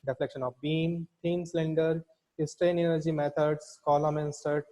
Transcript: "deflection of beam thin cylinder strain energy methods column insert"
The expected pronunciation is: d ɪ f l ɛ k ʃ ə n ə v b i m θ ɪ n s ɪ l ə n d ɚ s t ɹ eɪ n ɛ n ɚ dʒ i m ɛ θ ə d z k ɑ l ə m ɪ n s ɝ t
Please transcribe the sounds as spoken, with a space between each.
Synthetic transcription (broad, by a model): d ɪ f l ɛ k ʃ ə n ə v b i m t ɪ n s l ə n d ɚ s t ɹ eɪ n ɛ n ɚ dʒ i m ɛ t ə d s k ɑ l ə m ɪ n s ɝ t